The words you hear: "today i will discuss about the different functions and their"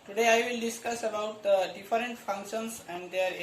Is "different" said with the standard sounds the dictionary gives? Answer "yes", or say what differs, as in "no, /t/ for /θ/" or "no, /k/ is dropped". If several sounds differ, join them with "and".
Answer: no, /f/ is dropped